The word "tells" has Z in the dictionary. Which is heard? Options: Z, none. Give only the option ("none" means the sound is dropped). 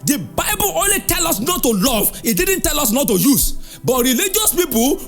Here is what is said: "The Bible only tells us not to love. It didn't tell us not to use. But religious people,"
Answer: none